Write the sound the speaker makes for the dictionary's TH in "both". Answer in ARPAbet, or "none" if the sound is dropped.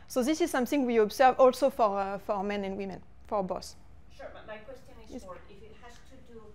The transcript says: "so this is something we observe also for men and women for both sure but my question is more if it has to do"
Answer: S